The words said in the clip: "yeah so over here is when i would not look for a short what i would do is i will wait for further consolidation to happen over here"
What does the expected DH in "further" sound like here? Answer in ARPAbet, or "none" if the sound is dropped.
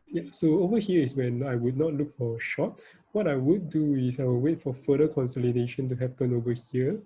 none